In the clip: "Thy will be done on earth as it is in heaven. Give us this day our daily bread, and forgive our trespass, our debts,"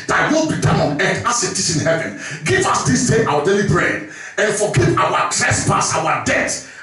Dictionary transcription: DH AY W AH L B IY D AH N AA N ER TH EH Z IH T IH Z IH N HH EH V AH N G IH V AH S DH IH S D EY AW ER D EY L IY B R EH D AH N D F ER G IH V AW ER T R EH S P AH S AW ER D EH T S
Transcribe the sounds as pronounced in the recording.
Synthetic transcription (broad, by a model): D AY W AH L B IY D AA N AA N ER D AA S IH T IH S IH N HH EH V AH N G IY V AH S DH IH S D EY AW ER D EY L IY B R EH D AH N F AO G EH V AW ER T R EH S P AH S AW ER D EH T